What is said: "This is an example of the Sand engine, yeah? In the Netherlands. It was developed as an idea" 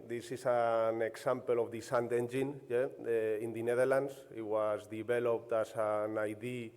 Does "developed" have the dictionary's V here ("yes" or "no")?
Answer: no